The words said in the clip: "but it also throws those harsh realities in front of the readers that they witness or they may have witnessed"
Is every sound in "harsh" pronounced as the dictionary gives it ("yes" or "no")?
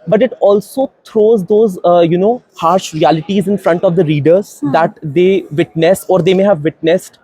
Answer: yes